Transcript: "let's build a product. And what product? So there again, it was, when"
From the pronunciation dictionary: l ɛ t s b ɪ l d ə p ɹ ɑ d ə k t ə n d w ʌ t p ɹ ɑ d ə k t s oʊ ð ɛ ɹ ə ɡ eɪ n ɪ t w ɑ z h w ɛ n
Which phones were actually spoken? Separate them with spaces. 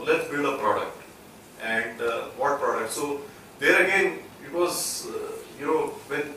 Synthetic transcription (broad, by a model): l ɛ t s b ɪ l d ə p ɹ ɑ d ə k t ə n d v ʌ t p ɹ ɑ d ə k t s oʊ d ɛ ɹ ə ɡ eɪ n ɪ t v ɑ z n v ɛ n